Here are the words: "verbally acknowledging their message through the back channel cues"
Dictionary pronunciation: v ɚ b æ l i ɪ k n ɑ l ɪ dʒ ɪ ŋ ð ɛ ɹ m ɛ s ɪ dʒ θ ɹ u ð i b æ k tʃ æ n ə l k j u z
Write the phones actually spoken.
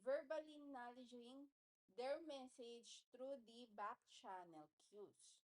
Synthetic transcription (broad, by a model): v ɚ b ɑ l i n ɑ l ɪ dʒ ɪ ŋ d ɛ ɹ m ɛ s ɪ dʒ t ɹ u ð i b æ k tʃ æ n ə l k j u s